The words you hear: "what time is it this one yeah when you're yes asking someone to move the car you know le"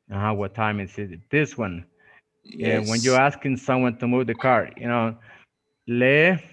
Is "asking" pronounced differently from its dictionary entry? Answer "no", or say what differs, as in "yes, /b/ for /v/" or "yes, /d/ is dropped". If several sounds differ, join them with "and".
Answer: no